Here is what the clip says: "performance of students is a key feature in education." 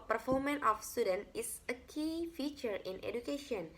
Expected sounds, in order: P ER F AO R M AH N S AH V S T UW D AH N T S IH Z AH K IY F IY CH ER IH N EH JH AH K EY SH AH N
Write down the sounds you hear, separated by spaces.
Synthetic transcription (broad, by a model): P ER F AO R M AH N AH F S T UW D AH N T IH S AH K IY F IY CH ER IH N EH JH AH K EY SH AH N